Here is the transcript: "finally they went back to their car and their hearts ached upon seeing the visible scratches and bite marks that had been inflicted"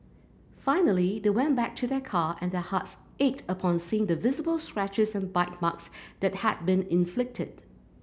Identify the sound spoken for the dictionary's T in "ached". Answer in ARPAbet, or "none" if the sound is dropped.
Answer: T